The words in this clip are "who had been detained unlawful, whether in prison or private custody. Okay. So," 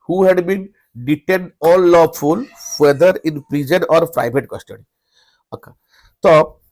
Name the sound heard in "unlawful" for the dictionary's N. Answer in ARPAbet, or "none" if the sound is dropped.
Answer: none